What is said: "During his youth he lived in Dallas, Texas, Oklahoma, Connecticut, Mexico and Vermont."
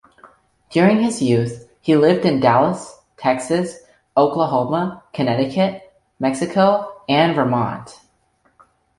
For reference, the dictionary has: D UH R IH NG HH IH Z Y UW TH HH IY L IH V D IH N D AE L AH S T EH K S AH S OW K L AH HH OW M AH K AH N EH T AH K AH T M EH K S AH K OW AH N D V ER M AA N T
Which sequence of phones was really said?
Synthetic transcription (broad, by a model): D UH R IH NG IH Z Y UW TH HH IY L IH V D IH N D AE L AH S T EH K S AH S OW K L AH HH OW M AH K AH N EH T AH K AH T M EH K S AH K OW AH N V ER M AA N T